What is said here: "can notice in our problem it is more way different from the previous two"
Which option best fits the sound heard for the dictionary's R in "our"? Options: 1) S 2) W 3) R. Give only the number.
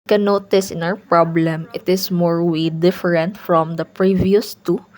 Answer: 2